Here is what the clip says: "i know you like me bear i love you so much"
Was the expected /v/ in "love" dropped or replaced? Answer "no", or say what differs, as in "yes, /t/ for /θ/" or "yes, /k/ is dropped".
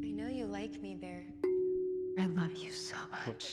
no